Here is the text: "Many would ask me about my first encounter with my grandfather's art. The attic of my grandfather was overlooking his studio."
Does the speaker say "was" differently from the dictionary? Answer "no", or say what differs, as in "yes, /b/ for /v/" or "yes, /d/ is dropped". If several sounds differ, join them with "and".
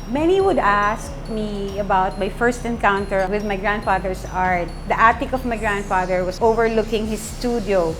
yes, /s/ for /z/